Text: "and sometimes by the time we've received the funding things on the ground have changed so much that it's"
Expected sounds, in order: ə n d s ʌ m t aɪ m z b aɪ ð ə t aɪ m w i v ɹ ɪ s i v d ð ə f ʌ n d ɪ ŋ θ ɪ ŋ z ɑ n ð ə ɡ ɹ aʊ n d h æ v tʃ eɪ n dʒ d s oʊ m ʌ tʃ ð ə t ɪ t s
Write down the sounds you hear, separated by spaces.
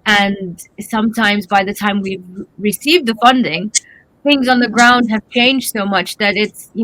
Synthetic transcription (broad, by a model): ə n s ʌ m t aɪ m z b aɪ ð ə t aɪ m w i v ɹ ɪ s i v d ð ə f ʌ n d ɪ ŋ θ ɪ ŋ z n ð ə ɡ ɹ aʊ n d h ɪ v tʃ eɪ n dʒ d s oʊ m ʌ tʃ ð ə t ɪ t s